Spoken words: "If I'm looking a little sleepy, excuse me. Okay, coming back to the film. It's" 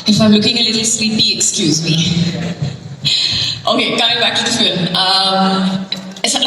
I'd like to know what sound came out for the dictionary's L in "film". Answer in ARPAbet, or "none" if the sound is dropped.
N